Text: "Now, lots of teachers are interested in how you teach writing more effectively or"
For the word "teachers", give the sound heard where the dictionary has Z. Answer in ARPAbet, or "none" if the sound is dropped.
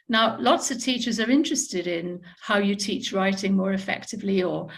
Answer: Z